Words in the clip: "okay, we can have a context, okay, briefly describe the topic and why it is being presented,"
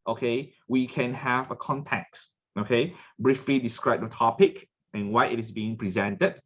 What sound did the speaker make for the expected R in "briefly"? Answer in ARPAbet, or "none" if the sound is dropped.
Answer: R